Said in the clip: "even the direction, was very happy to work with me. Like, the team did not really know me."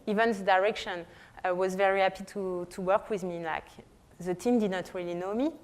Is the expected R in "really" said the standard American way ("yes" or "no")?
yes